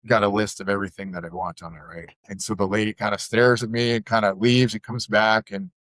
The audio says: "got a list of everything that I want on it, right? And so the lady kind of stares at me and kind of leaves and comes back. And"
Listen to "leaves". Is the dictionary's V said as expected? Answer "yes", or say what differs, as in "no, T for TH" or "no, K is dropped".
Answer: yes